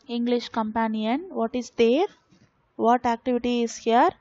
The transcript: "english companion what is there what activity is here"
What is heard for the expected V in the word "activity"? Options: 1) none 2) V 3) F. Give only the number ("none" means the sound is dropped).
2